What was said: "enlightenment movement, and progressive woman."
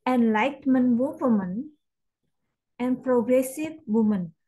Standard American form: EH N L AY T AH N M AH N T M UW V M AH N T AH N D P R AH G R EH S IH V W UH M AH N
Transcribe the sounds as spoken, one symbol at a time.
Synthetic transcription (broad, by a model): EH N L AY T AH M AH N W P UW M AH N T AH N P R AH G R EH S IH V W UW M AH N